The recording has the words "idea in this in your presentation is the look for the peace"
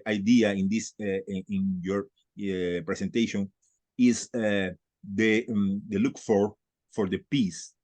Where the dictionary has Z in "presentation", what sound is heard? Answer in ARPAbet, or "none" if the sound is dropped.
S